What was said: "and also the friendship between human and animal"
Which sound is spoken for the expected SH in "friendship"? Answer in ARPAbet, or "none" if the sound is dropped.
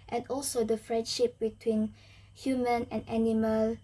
SH